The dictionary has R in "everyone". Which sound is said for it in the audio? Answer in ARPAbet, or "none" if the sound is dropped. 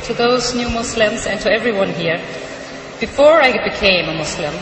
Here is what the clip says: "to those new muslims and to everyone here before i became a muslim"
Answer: R